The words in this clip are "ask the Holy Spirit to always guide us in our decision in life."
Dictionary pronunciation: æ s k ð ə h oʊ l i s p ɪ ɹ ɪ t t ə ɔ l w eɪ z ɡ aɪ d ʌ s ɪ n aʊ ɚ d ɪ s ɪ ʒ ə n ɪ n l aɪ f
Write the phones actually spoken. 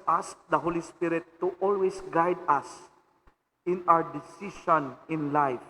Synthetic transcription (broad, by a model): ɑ s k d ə h oʊ l i s p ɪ ɹ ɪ t t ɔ l w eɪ s ɡ aɪ d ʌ s ɪ n aʊ ɚ d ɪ s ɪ ʃ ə n ɪ n l aɪ f